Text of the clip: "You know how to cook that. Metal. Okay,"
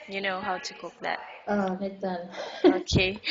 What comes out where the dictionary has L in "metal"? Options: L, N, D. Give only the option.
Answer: N